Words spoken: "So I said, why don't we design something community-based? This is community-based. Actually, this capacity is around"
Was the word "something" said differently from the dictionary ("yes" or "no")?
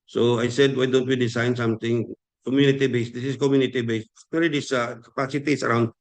yes